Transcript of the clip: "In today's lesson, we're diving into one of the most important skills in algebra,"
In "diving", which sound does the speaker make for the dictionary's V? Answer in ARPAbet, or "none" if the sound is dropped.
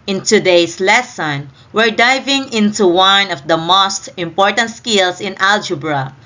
V